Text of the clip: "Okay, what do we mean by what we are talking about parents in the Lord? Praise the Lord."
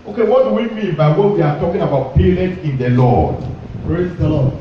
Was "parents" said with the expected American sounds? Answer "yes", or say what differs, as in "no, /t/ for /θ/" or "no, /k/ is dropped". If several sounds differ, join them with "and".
no, /s/ is dropped